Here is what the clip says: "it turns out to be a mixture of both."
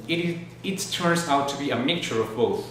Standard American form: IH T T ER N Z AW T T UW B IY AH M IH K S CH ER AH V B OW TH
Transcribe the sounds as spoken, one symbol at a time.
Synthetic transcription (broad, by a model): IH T T ER N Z AW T T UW B IY AH M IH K CH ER AH V B OW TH